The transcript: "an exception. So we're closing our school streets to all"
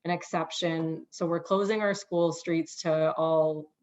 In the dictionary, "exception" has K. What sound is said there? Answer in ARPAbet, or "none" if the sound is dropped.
K